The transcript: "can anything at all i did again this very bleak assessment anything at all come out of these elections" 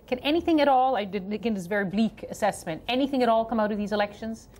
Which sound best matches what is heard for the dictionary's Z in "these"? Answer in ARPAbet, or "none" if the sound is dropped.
Z